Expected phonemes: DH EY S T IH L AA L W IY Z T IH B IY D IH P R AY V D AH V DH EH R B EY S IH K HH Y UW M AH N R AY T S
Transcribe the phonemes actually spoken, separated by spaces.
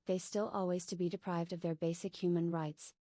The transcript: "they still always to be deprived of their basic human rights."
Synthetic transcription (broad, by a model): DH EY S T IH L AA L W IY Z T IH B IY D IH P R AY V D AH V DH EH R B EY S IH K HH Y UW M AH N R AY T S